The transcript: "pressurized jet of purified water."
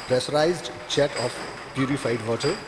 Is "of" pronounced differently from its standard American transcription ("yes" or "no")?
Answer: yes